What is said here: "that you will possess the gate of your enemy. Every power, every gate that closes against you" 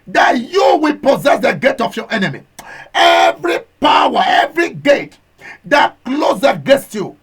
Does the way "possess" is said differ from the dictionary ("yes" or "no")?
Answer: no